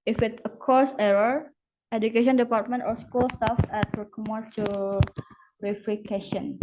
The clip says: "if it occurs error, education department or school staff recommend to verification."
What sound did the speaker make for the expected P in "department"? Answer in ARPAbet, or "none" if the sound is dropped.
P